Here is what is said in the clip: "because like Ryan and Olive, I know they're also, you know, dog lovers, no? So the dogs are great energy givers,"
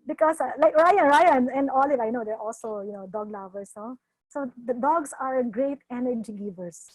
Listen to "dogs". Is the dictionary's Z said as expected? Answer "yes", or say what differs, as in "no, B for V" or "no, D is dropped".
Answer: no, S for Z